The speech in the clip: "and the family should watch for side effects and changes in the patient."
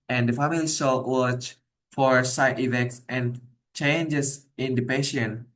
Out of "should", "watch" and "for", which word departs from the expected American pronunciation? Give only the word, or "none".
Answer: should